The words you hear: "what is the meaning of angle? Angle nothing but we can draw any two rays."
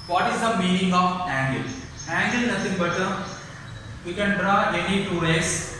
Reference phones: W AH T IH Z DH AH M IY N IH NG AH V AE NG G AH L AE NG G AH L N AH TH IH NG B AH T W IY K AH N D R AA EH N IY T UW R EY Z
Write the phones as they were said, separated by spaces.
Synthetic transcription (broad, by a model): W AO T IH Z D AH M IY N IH NG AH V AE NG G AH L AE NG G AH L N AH S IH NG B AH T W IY K AH N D R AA EH N IY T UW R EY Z